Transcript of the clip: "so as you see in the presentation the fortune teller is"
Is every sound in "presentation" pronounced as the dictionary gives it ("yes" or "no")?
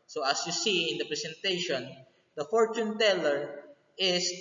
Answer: no